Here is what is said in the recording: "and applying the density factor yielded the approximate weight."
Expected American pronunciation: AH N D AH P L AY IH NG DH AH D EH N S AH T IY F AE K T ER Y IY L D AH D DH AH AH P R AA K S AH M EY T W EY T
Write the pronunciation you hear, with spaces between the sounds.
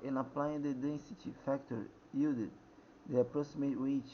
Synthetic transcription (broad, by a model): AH N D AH P L AY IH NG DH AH D EH N S AH T IY F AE K T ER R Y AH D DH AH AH P R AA S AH M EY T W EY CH